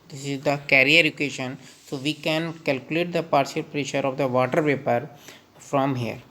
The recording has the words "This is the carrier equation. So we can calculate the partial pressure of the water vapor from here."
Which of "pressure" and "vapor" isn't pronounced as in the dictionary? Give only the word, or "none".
vapor